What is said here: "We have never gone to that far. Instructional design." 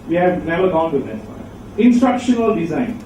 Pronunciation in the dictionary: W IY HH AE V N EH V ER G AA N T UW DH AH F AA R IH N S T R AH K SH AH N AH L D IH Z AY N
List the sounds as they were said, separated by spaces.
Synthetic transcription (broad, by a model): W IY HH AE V N EH V ER G AA N T UW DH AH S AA IH N S T R AH K SH AH N AH L D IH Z AY N